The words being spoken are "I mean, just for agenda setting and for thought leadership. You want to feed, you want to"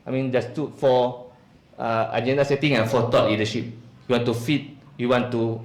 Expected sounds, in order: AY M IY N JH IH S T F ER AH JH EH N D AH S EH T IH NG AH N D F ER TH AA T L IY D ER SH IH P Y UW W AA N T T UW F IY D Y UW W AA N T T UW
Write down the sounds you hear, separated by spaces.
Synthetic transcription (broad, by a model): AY M IY N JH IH S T F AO AH JH EH N D AH S EH T IH NG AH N F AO T AA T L IY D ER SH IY P Y UW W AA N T T UW F IY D Y UW W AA N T T UW